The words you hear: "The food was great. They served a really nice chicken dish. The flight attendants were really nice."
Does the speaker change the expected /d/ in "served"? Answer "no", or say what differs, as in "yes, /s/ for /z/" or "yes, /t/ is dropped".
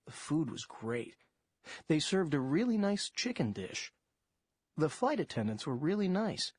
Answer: no